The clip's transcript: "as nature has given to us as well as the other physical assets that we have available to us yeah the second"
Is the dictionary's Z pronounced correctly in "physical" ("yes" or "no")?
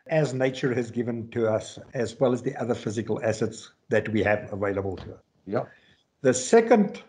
yes